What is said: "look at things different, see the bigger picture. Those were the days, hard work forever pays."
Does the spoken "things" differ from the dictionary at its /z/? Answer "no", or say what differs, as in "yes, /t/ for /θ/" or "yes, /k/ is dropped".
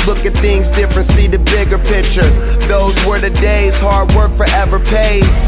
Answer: no